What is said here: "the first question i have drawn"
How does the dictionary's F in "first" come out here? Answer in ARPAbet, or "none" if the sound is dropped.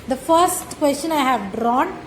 F